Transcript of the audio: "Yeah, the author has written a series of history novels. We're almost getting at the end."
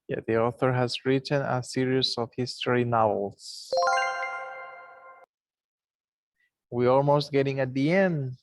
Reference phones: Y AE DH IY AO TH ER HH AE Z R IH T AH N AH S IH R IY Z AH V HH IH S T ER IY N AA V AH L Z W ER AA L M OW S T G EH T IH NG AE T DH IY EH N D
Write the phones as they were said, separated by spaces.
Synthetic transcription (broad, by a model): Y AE DH IY AO TH ER HH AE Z R IH T AH N AH S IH R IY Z AH V HH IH S T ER IY N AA V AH L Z W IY AA L M OW S T G EH T IH NG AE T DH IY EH N D